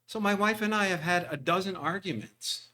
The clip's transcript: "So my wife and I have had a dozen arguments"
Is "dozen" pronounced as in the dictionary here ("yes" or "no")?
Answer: yes